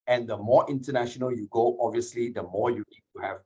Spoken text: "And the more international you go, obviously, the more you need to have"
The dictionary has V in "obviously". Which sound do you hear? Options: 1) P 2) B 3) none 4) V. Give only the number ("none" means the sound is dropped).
4